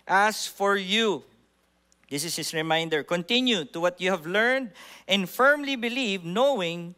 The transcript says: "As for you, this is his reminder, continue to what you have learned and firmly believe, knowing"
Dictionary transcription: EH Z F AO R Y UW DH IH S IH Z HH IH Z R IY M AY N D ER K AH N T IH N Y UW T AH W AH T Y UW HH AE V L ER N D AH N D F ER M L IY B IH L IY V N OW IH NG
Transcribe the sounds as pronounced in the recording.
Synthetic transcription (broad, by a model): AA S F AO R Y UW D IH S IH S HH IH S R IY M AY N D ER K AH N T IH N Y UW T AH W AH T Y UW HH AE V L ER N D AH N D F ER M L IY B IH L IY V N OW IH NG